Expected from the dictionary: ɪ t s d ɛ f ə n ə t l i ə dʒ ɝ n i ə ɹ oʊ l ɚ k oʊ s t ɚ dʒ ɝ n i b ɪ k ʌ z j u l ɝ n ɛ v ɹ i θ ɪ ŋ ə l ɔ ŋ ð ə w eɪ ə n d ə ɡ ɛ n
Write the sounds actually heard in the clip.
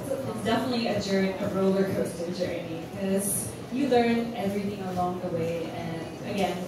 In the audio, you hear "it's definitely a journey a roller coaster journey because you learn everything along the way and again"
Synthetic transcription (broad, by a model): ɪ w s d ɛ f ə n ə t l i ə dʒ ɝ i ə ɹ oʊ l ɚ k oʊ s t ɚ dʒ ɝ i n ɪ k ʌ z j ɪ l ɝ n ɛ v ɹ i θ ɪ ŋ ə l ɔ ŋ ð ə w eɪ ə n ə ɡ ɛ n